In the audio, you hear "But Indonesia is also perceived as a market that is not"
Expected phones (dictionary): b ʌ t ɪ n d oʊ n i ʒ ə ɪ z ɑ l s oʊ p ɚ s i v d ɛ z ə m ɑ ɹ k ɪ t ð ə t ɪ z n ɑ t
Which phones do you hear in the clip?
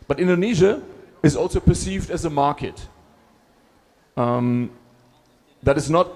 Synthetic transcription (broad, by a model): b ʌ t ɪ n d oʊ n i ʒ ə ɪ z ɑ l s oʊ p ɚ s i v d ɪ z ə m ɑ ɹ k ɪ t ð ə t ɪ z n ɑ t